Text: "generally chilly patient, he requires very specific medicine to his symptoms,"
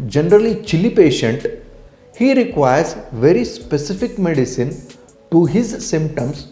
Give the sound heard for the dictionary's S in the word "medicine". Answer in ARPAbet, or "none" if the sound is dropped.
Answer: S